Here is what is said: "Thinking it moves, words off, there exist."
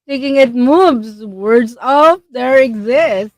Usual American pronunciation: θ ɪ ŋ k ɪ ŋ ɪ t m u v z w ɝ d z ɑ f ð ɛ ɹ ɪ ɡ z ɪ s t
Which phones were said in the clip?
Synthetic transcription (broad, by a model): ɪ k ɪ ŋ ɪ t m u b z w ɝ d z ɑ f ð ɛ ɹ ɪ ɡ z ɪ s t